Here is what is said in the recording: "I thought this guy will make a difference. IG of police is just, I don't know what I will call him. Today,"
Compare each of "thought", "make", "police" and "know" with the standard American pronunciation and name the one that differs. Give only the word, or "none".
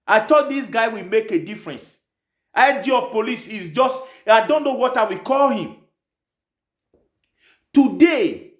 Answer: thought